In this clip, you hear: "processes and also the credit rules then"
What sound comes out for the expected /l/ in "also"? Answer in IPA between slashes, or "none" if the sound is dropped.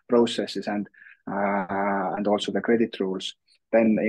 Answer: /l/